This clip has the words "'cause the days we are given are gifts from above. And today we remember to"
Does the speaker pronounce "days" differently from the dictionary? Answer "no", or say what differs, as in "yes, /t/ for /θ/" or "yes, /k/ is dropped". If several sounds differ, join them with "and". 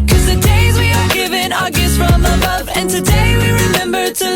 no